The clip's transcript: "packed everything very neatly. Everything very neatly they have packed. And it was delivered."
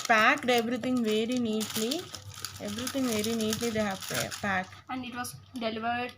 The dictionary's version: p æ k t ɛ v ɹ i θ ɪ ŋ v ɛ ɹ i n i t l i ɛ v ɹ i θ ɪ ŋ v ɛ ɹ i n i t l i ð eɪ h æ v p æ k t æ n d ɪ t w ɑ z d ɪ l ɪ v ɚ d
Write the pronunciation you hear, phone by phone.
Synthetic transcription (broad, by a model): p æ k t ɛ v ɹ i t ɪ ŋ v ɛ ɹ i n i t l i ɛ v ɹ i t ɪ ŋ v ɛ ɹ i n i t l i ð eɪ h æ p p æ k æ n d ɪ t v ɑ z d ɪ l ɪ v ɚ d